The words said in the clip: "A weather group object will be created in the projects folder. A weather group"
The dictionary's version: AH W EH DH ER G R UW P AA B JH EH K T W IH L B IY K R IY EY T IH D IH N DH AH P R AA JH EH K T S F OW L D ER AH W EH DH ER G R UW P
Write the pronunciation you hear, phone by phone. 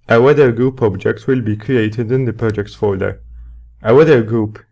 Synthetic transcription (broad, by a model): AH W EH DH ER G R UW P AA B JH EH K T W IH L B IY K R IY EY T IH D IH N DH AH P R AA JH EH K T S F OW D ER AH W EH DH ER G R UW P